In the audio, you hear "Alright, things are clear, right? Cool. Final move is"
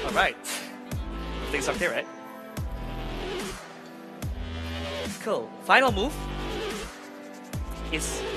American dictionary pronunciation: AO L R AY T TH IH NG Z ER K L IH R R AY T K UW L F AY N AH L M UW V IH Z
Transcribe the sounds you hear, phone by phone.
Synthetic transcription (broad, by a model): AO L R AY T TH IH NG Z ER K IH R R AY T K UW L F AY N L M UW V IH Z